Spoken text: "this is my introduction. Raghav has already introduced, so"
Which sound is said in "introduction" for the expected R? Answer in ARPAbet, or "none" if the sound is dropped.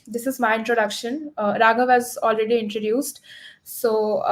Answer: R